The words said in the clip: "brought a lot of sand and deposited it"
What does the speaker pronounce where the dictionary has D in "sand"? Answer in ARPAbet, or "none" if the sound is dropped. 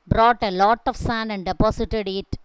none